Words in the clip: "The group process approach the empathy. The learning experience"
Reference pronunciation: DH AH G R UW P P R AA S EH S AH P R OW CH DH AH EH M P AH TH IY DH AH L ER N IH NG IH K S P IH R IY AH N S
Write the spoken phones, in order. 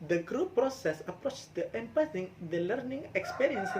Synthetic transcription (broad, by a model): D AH G R UW P P R AA S EH S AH P R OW CH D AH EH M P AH S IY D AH L ER N IH NG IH K S P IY R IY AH N S